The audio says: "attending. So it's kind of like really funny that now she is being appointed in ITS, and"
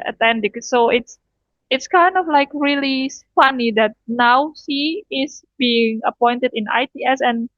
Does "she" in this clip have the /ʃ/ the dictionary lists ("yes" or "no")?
no